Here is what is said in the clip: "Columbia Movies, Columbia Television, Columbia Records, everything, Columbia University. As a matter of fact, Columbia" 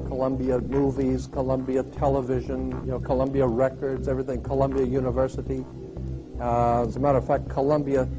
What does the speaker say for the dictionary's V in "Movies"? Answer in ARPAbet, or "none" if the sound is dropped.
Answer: V